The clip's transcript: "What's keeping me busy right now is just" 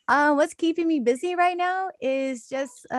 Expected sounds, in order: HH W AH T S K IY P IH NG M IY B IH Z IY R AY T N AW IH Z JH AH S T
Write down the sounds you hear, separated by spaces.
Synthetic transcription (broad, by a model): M W AH T S K IY P IH NG M IY B IH Z IY R AY T N AW IH Z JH AH S T